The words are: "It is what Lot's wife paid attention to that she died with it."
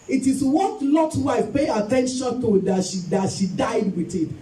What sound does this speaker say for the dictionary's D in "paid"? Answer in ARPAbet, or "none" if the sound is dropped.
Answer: none